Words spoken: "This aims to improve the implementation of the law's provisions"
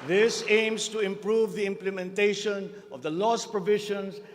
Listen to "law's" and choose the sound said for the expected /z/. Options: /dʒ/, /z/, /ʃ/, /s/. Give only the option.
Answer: /s/